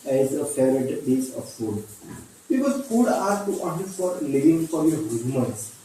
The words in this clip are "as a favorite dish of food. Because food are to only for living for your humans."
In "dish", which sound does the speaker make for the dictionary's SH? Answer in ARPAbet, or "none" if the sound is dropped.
S